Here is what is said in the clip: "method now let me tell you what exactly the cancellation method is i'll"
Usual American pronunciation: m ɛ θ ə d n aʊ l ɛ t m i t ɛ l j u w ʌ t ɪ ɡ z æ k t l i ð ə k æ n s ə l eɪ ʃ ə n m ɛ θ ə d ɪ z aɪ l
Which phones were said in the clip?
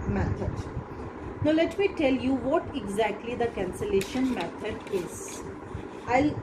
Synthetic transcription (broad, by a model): m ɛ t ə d n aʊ l ɛ t m i t ɛ l j u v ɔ t ɪ ɡ z æ k t l i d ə k æ n s ə l eɪ ʃ ə n m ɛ t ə d ɪ z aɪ l